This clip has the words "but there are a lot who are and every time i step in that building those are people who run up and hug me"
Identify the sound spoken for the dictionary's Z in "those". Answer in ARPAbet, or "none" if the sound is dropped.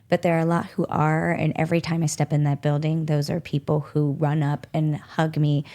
Z